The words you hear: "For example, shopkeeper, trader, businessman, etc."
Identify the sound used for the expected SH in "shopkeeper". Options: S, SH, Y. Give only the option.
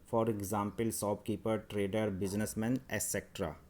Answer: S